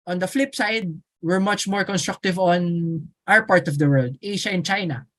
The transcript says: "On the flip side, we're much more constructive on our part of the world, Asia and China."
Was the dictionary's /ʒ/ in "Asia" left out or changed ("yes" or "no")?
yes